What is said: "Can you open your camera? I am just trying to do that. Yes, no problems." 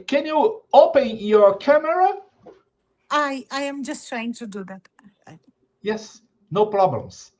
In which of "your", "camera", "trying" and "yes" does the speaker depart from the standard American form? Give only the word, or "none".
none